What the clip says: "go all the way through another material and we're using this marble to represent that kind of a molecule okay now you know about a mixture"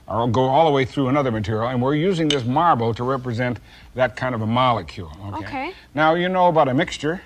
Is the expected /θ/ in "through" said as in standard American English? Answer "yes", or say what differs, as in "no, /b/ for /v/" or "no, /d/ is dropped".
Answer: yes